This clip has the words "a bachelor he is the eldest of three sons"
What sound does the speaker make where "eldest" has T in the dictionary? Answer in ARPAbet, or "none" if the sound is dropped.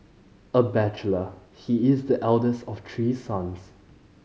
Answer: T